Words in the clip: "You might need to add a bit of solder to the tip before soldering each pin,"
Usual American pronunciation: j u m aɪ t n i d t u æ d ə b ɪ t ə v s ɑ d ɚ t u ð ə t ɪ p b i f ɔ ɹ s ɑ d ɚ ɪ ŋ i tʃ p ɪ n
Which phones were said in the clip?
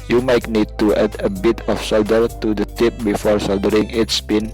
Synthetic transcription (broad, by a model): j u m aɪ t n i d t u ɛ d ə b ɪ t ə f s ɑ d ɚ t u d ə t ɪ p b i f ɔ ɹ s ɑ d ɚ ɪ ŋ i s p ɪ n